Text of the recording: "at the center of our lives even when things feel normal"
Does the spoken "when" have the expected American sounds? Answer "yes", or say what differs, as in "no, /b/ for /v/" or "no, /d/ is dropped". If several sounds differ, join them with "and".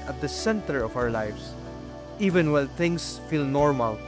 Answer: no, /l/ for /n/